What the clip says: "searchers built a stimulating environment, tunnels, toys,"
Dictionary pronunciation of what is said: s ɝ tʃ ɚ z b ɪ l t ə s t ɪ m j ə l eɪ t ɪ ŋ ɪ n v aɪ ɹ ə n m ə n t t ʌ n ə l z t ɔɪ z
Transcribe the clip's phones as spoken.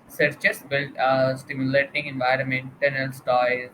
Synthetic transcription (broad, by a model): s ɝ tʃ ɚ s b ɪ l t s t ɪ m j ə l eɪ t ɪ ŋ ɪ n v aɪ ɹ ə n m ə n t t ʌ n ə l s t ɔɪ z